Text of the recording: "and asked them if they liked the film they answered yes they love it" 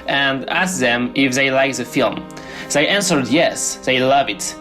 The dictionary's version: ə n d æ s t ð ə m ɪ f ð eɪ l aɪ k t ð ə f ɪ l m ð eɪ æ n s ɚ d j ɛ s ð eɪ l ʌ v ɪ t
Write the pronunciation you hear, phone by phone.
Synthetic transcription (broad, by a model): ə n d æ s ð ə m ɪ f ð eɪ l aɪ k ð ə f ɪ l m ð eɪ æ n s ɚ d j ɛ s ð eɪ l ʌ v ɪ t